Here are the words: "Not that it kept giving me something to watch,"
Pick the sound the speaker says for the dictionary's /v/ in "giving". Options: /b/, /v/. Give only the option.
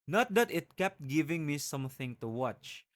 /v/